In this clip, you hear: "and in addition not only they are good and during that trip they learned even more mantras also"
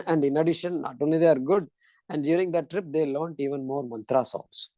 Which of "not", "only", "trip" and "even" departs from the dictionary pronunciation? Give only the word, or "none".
only